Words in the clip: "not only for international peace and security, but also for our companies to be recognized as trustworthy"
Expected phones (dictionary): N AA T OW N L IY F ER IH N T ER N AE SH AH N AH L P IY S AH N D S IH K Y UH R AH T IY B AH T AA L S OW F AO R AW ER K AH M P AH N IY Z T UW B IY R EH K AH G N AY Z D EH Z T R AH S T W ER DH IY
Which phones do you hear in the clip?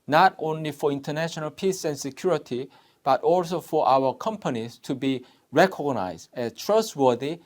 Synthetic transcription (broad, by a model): N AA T OW N L IY F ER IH N T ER N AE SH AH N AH L P IY S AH N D S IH K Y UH R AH T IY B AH T AA L S OW F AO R AW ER K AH M P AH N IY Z T UW B IY R EH K AH G N AY Z D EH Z T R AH S T W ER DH IY